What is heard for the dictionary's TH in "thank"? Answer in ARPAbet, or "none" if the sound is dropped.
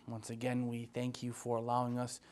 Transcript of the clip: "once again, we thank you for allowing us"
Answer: TH